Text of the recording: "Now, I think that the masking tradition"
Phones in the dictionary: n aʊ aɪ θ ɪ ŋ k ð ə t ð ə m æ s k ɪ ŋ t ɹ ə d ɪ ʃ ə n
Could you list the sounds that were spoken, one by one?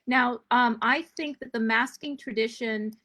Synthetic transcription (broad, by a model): n aʊ aɪ θ ɪ ŋ k ð ə t ð ə m æ s k ɪ ŋ t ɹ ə d ɪ ʃ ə n